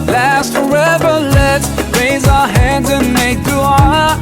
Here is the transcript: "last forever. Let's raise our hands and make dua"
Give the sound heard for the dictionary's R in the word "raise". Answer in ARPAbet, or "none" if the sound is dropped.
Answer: R